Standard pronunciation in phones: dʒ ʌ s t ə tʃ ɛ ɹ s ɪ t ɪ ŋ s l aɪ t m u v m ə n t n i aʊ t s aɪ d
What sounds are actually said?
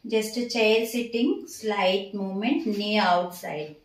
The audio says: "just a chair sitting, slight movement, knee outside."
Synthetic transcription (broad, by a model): dʒ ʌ s t ə tʃ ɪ l s ɪ t ɪ ŋ s l aɪ t m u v m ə n t n i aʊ t s aɪ d